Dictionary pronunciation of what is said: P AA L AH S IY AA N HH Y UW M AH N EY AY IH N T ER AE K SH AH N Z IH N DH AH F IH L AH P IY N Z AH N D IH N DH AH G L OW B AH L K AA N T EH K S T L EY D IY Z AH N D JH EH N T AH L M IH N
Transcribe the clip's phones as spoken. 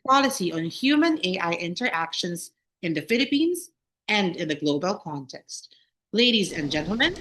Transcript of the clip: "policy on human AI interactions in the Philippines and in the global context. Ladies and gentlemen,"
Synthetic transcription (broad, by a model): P AA L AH S IY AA N HH Y UW M AH N EY AY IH N T ER AE K SH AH N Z IH N DH AH F IH L AH P IY N Z AH N D IH N DH AH G L OW B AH L K AA N T EH K S T L EY D IY Z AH N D JH EH N T L M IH N